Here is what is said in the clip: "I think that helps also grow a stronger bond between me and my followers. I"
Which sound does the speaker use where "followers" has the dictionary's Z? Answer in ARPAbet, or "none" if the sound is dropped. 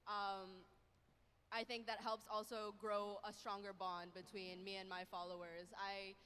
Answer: Z